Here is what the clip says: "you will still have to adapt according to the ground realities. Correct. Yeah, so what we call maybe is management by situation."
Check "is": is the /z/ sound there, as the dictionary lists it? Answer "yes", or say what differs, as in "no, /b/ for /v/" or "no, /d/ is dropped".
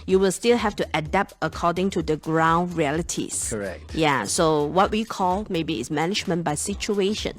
no, /s/ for /z/